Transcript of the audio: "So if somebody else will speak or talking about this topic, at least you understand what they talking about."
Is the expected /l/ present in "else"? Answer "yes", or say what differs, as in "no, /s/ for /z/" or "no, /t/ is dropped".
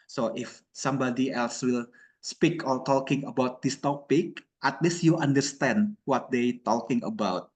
yes